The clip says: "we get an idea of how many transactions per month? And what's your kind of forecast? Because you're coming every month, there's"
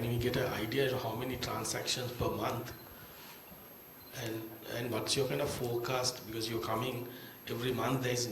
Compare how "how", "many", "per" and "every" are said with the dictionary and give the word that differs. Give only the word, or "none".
none